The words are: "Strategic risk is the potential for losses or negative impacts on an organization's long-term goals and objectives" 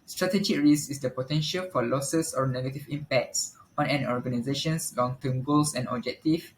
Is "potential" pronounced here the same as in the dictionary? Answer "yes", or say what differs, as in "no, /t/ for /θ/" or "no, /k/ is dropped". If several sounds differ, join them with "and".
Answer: yes